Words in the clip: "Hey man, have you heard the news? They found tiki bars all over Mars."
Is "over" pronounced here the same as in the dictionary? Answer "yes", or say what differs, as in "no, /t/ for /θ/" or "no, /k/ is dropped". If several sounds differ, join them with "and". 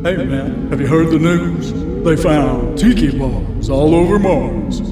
yes